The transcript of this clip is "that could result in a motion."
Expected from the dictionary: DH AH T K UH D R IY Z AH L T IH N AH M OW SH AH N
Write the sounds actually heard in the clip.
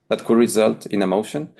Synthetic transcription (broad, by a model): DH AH T K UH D R IY Z AH L T IH N AH M OW SH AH N